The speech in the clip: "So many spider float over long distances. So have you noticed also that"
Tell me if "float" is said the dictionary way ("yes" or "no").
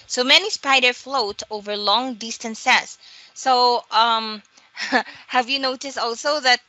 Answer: yes